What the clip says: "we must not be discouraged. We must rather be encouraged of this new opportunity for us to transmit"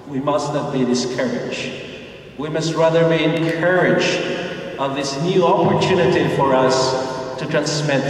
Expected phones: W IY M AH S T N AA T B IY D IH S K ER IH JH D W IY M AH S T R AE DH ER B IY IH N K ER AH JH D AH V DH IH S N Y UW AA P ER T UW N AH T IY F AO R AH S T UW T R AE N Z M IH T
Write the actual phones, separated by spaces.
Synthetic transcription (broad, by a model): W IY M AH S T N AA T B IY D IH S K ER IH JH W IY M AH S T R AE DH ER B IY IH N K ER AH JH AH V DH IH S N Y UW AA P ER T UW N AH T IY F AO R AH S T UW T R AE N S M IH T